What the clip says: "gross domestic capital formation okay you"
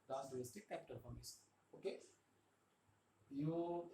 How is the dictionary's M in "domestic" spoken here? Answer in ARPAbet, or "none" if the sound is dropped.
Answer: none